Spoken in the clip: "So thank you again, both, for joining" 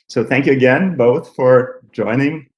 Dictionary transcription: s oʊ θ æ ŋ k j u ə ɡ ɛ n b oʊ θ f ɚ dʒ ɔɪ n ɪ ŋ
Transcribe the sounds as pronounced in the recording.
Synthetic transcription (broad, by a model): s oʊ θ æ ŋ k j u ə ɡ ɛ n b oʊ θ f ɚ dʒ ɔɪ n ɪ ŋ